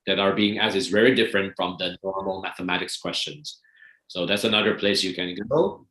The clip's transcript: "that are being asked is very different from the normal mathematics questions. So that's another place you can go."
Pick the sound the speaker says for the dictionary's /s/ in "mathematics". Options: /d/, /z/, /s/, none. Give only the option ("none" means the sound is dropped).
/s/